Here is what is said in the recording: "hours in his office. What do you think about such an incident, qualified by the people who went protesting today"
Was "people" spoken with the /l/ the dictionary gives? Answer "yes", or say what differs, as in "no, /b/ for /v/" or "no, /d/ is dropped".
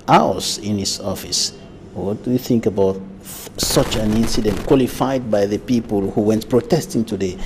yes